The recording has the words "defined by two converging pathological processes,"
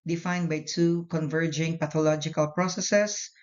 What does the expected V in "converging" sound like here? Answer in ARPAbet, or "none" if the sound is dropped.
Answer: V